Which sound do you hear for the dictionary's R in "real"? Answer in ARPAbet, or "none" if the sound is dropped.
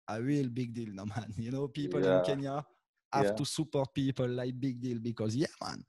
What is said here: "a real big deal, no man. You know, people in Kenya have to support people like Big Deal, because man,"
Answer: W